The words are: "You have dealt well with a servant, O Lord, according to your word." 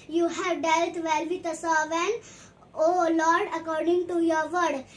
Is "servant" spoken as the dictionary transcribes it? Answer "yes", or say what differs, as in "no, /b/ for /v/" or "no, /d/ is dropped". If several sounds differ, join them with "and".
no, /t/ is dropped